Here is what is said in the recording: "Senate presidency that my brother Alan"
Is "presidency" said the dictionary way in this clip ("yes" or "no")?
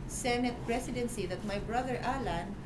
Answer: no